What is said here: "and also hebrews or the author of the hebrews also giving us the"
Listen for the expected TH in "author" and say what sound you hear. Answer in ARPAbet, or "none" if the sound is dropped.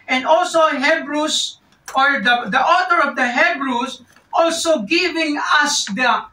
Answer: T